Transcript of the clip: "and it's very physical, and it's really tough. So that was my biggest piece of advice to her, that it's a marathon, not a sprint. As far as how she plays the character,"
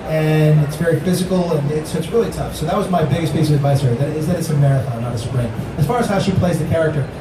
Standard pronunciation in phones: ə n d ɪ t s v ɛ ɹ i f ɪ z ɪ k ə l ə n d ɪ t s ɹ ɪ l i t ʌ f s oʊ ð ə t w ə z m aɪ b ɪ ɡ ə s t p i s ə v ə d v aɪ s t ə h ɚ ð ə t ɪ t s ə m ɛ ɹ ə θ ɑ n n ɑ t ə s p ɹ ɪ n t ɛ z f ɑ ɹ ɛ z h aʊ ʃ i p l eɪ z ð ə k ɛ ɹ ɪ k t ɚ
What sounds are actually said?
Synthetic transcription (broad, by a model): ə n ɪ t s v ɛ ɹ i f ɪ z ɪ k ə n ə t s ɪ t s ɹ ɪ l i t ʌ f s oʊ ð ə t w ə z m aɪ b ɪ ɡ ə s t p i s ə v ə d v aɪ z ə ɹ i ð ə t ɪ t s ə m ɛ ɹ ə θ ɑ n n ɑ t ə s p ɹ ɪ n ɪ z f ɑ ɹ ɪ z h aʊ ʃ i p l eɪ z ð ə k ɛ ɹ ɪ k t ɚ